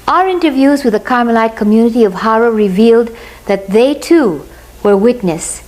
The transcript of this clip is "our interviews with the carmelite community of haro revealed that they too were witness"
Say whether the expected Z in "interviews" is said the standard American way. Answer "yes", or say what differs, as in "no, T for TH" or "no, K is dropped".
yes